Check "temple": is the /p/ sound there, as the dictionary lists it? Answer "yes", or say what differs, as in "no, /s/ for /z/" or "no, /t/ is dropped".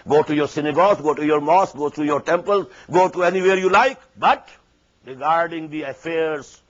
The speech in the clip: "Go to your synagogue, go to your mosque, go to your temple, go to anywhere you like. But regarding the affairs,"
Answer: yes